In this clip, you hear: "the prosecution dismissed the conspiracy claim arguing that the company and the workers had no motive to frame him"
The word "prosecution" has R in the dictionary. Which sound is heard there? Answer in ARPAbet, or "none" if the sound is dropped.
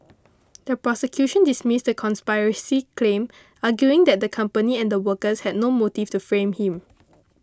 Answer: R